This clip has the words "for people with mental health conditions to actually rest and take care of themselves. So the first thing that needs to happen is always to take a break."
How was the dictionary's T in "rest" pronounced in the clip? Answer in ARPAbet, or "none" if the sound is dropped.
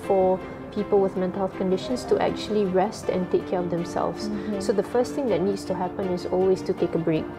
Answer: T